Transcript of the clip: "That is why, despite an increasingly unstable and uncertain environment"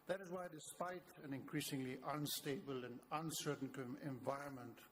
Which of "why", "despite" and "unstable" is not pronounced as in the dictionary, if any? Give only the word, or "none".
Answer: none